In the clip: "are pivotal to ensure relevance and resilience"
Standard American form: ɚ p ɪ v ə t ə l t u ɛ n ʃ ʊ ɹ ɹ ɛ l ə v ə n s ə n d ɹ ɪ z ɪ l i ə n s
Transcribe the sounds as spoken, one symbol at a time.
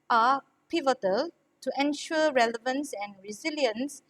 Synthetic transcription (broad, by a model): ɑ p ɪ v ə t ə l t u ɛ n ʃ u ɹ ɹ ɛ l ə v ə n s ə n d ɹ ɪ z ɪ l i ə n s